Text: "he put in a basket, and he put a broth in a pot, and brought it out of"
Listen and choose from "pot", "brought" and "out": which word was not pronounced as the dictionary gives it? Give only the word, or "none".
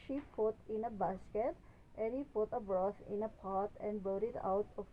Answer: brought